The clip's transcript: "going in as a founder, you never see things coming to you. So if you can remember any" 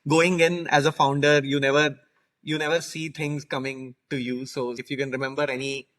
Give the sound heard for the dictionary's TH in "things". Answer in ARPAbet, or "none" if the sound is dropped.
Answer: T